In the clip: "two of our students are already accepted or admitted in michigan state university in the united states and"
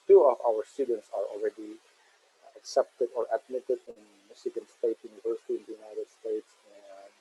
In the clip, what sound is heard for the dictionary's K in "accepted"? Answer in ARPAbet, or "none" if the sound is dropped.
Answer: K